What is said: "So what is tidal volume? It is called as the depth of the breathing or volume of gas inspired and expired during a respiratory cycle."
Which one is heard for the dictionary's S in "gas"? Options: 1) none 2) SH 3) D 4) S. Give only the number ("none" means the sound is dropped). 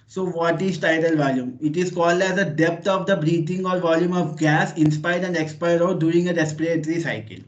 4